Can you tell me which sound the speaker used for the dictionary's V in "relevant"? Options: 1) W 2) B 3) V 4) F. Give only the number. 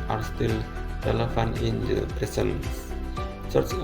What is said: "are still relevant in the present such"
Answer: 4